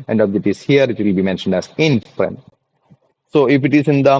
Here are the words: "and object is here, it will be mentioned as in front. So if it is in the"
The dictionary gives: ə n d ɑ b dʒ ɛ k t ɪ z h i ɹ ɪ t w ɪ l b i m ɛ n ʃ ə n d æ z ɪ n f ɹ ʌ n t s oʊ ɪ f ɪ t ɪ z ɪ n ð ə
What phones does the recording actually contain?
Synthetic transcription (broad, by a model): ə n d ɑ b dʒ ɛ t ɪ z h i ɹ ɪ t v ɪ l b i m ɛ n ʃ ə n d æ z ɪ n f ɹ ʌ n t s oʊ ɪ f ɪ t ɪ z ɪ n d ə